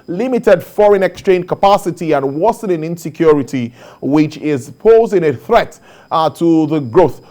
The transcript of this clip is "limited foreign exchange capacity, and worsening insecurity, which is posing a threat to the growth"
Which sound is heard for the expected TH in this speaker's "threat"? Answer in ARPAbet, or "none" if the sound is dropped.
TH